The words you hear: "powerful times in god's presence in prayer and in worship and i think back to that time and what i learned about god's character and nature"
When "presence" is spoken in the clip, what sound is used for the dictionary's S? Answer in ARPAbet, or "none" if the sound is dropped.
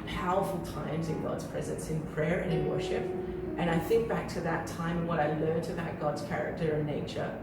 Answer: S